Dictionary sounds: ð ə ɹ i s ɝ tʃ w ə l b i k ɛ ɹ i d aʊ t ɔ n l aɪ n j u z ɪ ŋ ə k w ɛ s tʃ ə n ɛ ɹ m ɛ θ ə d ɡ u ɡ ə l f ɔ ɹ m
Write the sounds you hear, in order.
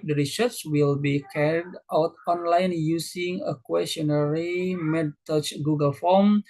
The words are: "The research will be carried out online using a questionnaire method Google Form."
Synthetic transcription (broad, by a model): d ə ɹ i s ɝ s w ə l b i k ɛ ɹ i d aʊ t ɔ n l aɪ n j u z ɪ ŋ ə k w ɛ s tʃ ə n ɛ ɹ m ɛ t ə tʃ ɡ u ɡ ə l f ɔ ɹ m